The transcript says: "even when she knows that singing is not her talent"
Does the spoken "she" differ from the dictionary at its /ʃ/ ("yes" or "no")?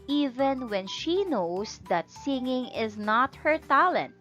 no